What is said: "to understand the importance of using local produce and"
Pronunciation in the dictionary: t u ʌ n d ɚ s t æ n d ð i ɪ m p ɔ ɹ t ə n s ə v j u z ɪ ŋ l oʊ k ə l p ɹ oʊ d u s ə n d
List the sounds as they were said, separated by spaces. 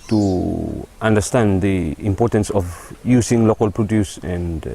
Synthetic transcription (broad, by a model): t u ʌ n d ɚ s t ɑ n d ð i ɪ m p ɔ ɹ t ə n s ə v j u s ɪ ŋ l oʊ k ə l p ɹ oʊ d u s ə n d